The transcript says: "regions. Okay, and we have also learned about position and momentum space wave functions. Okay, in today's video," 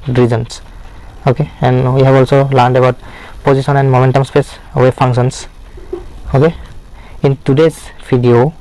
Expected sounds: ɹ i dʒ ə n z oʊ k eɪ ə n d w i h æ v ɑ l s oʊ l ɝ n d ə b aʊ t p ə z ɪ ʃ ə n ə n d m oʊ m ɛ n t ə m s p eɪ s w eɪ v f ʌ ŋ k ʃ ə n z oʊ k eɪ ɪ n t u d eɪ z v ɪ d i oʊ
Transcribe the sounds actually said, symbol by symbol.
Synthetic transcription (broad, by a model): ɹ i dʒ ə n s oʊ k eɪ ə n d w i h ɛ b ɑ l s oʊ l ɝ n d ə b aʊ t p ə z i s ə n ə n d m oʊ m ɛ n t ə m s p eɪ s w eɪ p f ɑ ŋ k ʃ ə n s oʊ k eɪ ɪ n t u d eɪ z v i d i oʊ